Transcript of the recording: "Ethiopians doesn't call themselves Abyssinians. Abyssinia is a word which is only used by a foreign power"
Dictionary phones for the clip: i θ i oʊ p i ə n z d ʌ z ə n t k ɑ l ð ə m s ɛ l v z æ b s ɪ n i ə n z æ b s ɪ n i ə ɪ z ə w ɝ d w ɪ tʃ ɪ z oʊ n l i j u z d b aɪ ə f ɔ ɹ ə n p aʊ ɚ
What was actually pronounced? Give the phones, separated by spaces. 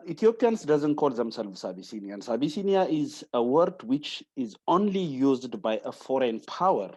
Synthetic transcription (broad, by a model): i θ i oʊ p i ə n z d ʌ z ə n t k ɑ l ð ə m s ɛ l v s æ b s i n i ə n s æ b s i n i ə ɪ z ə w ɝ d w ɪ tʃ ɪ z oʊ n l i j u z d b aɪ ə f ɔ ɹ ə n p aʊ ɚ